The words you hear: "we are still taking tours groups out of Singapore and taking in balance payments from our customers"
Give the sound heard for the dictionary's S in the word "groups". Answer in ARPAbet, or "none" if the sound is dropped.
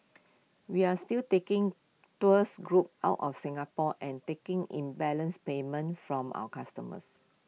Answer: none